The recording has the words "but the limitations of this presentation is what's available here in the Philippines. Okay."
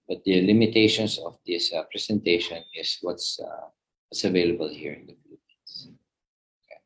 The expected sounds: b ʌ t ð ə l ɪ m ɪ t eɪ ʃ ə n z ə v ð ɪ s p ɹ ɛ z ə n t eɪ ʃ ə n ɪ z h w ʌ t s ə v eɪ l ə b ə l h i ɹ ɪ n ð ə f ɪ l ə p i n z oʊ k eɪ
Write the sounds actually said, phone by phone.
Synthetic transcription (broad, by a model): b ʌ t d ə l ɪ m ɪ t eɪ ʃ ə n s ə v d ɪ s p ɹ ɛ s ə n t eɪ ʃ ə n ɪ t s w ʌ t s ə v eɪ l ə b ə l h i ɹ ɪ n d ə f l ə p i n s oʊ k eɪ